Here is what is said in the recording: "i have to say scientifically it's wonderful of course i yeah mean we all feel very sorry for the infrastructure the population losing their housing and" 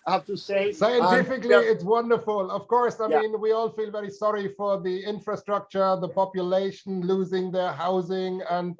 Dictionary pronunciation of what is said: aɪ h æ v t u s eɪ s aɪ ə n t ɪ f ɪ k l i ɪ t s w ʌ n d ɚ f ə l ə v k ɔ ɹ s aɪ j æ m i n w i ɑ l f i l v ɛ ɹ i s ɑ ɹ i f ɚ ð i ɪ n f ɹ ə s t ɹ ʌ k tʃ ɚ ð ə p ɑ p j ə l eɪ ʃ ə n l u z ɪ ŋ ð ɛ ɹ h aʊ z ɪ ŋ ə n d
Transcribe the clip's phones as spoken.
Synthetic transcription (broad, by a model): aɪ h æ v t u s eɪ s aɪ ə n t ɪ f ɪ k l i ɪ t s w ʌ n d ɚ f ə l ə v k ɔ ɹ s aɪ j m i n w i ɑ l f i l v ɛ ɹ i s ɑ ɹ i f ɚ ð i ɪ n f ɹ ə s t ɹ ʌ k tʃ ɚ ð ə p ɑ p j ə l eɪ ʃ ə n l u z ɪ ŋ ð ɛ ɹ h aʊ z ɪ ŋ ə n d